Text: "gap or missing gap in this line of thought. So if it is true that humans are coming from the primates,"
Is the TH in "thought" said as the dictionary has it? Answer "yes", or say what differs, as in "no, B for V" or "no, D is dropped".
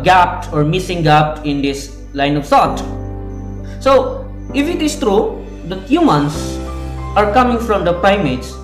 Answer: no, S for TH